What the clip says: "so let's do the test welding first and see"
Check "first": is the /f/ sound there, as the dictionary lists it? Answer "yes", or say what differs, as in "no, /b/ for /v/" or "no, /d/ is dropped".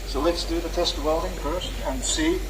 no, /p/ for /f/